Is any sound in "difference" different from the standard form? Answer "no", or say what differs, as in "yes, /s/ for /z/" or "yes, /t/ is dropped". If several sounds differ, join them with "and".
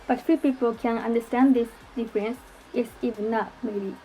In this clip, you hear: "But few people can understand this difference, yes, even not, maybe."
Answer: no